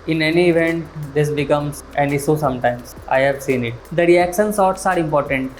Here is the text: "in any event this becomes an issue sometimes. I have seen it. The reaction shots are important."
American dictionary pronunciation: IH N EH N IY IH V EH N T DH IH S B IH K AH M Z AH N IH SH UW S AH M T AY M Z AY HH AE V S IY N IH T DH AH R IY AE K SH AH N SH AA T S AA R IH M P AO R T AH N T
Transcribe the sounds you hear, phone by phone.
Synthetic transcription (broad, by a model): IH N EH N IY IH V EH N T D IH S B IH K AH M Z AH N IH S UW S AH M T AY M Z AY HH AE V S IY N IH T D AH R IY AE K SH AH N S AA T S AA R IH M P AO R T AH N T